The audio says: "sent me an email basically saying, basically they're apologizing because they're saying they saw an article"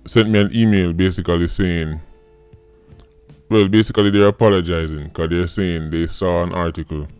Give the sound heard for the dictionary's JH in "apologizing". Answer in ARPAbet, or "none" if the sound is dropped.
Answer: JH